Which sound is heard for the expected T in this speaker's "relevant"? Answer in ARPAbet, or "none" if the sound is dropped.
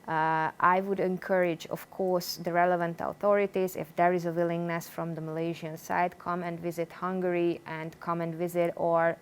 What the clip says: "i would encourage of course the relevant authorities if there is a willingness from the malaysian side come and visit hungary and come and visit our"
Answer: T